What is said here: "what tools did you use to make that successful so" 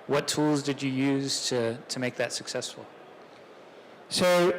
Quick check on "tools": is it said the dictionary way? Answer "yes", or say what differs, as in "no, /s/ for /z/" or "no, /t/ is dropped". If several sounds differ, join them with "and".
yes